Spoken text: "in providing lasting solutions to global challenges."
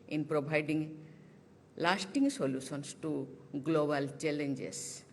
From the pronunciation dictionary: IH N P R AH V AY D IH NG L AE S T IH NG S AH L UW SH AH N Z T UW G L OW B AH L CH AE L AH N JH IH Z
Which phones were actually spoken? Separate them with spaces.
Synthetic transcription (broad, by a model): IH N P R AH B AY D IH NG L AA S T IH NG S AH L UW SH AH N S T UW G L OW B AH L CH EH L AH N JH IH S